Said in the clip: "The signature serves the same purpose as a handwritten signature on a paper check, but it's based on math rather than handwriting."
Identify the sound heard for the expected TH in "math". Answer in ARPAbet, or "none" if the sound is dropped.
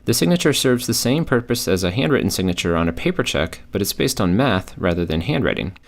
TH